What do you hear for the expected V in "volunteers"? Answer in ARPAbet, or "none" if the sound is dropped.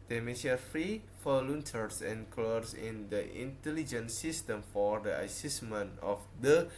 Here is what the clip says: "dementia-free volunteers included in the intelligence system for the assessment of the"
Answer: F